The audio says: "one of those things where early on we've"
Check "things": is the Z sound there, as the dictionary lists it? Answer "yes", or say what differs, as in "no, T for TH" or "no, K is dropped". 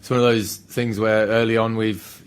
yes